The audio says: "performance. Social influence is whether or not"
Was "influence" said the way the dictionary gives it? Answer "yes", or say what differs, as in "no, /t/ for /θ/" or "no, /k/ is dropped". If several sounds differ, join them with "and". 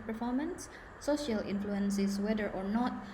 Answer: yes